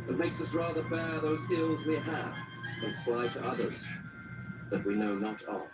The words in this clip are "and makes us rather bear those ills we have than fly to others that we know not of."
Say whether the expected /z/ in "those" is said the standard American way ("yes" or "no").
yes